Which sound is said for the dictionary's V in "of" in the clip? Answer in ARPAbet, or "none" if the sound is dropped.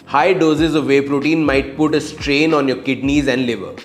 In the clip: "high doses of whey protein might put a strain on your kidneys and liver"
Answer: V